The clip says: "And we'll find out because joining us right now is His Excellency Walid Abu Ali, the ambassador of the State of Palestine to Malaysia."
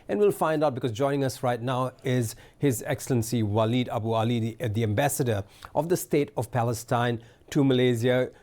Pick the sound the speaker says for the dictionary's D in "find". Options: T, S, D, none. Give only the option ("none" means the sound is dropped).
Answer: D